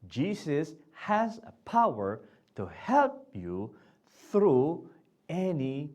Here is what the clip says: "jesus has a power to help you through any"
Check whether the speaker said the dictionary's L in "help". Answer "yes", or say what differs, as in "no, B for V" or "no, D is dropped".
yes